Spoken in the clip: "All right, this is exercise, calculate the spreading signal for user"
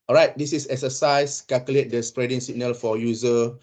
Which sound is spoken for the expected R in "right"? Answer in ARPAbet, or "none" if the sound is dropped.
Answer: R